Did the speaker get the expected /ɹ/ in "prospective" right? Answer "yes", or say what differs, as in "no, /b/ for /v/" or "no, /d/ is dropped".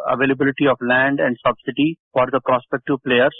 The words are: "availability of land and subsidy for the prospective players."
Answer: yes